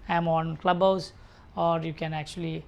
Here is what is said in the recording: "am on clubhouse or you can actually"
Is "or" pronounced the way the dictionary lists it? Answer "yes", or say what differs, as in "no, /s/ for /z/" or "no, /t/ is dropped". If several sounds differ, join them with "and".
yes